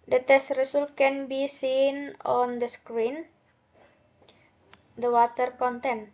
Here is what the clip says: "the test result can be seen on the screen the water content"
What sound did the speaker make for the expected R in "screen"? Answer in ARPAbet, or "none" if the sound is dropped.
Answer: R